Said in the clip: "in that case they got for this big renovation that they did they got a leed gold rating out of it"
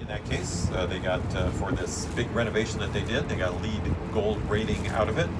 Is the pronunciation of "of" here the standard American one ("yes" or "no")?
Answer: yes